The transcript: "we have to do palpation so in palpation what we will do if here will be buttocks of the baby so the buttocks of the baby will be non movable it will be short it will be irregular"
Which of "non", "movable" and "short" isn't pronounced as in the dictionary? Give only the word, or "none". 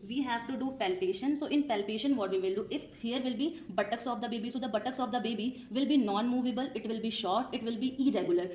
none